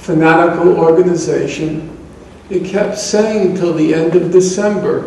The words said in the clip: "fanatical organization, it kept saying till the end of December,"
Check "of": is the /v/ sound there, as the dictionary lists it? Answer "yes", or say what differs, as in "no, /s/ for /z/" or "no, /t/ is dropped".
yes